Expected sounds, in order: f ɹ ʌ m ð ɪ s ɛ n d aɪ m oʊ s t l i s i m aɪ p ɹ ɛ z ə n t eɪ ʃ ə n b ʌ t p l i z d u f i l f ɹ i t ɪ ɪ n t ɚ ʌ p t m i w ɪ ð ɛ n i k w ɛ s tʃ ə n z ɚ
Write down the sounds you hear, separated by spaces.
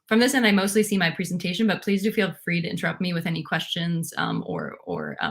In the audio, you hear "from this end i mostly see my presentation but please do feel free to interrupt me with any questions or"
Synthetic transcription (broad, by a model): f ɹ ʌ m ð ɪ s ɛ n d aɪ m oʊ s t l i s i m aɪ p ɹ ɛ z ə n t eɪ ʃ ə n b ʌ t p l i z d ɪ f i l f ɹ i t ɪ ɪ n t ɚ ʌ p t m i w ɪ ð ɛ n i k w ɛ s tʃ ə n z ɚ